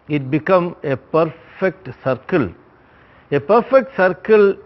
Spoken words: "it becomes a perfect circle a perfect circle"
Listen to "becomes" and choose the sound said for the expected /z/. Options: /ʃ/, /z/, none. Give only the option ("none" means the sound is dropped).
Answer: none